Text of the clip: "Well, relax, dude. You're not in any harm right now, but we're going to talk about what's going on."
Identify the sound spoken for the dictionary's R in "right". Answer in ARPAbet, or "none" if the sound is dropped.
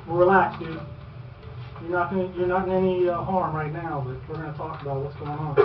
R